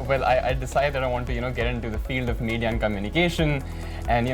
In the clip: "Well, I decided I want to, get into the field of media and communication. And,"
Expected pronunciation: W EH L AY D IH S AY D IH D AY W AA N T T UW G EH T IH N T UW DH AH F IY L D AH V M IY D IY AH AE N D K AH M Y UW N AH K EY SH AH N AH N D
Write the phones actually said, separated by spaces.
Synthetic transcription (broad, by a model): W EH L AY D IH S AY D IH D AY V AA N T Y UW G EH T IH N T UW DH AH F IY L D AH V M IY D IY AH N K AH M Y UW N AH K EY SH AH N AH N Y